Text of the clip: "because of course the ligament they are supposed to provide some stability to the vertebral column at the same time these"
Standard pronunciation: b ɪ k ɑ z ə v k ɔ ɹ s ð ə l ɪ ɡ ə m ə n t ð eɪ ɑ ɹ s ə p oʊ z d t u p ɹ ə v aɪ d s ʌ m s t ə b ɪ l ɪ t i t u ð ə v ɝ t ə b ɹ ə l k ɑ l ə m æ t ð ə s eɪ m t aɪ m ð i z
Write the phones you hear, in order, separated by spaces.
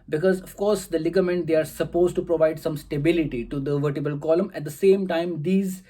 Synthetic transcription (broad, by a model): b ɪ k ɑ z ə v k ɔ ɹ s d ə l ɪ ɡ ə m ə n t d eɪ ɑ ɹ s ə p oʊ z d t u p ɹ ə v aɪ d s ʌ m s t ə b ɪ l ɪ t i t u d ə v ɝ t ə b ə l k ɑ l ə m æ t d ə s eɪ m t aɪ m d i z